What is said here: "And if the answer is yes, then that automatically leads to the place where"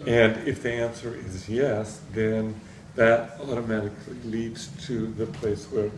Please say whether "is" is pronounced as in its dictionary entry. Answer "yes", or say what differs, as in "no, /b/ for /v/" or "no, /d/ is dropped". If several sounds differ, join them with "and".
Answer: yes